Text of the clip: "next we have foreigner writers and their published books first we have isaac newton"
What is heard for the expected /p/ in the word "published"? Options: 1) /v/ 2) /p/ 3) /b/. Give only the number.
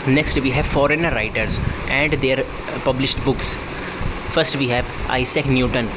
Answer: 2